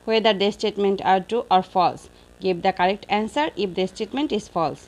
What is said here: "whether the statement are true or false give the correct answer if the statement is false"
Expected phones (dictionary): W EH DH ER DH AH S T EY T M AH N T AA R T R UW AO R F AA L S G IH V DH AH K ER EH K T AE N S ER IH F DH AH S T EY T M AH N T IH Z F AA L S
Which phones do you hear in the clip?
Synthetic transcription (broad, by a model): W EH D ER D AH S T EY T M AH N T AA R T UW AO R F AA L S G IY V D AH K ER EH K T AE N S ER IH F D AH S T EY T M AH N T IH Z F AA L S